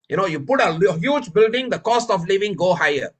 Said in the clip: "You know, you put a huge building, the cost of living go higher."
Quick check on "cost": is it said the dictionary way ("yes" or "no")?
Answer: yes